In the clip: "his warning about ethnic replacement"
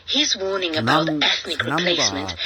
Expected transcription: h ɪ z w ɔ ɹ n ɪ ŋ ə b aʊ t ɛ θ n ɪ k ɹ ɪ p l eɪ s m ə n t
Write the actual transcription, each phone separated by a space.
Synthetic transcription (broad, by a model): h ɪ z w ɔ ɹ n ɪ ŋ ə b aʊ t ɛ θ n ɪ k ɹ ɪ p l eɪ s m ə n t